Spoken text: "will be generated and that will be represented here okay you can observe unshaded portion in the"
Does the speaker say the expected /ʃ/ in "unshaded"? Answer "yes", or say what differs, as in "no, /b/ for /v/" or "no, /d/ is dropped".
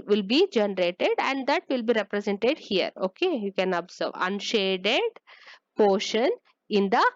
yes